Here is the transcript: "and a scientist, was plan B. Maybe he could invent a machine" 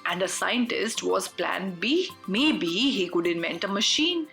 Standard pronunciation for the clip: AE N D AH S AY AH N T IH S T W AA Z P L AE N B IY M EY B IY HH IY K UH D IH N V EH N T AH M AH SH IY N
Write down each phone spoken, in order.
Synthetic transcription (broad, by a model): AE N D AH S AY AH N T IH S T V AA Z P L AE N B IY M EY B IY HH IY K UH D IH N V EH N T AH M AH SH IY N